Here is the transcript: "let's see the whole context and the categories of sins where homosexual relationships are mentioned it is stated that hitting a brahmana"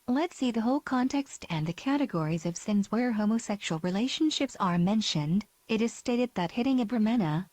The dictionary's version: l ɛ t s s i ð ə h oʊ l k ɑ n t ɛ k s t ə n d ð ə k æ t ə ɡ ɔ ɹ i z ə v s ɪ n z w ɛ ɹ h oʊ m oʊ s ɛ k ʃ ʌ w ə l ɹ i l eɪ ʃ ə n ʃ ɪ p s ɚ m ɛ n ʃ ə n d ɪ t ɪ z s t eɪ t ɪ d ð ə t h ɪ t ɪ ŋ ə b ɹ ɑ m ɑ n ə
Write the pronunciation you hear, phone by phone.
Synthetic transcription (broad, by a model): l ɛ t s s i ð ə h oʊ l k ɑ n t ɛ k s t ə n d ð ə k æ t ə ɡ ɔ ɹ i z ə v s ɪ n z w ɛ ɹ h oʊ m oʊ s ɛ k ʃ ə l ɹ i l eɪ ʃ ə n ʃ ɪ p s ɚ m ɛ n ʃ ə n d ɪ t ɪ z s t eɪ t ɪ d ð ə t h ɪ t ɪ ŋ ə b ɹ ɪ m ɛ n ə